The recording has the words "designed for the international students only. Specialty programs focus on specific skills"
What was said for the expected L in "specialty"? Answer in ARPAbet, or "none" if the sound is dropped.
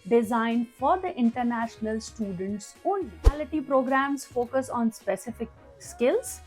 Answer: none